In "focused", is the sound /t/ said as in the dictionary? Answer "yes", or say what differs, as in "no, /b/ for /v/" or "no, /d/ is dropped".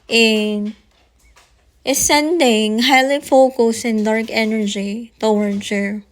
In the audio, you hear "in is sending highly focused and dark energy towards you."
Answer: no, /t/ is dropped